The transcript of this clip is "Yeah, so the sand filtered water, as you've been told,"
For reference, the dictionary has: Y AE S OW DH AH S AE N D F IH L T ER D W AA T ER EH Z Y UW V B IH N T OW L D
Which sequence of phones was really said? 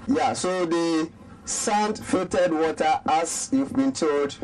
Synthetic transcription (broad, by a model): Y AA S OW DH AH S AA N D F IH T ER D W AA T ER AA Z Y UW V B IH N T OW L D